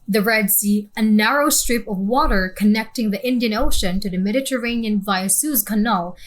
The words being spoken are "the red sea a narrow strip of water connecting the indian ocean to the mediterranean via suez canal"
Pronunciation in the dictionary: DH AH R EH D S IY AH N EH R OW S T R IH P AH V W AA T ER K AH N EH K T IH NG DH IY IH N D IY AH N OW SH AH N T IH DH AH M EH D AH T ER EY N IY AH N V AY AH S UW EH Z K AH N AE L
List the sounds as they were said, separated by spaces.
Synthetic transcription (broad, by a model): DH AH R EH D S IY AH N EH R OW S T R IH P AH V W AA T ER K AH N EH K T IH NG DH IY IH N D IY AH N OW SH AH N T IH DH AH M EH D AH T ER EY N IY AH N V AY AH S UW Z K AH N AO L